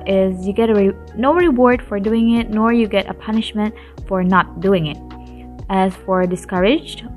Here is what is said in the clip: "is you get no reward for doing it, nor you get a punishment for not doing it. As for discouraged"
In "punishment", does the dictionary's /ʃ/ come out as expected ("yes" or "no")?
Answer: yes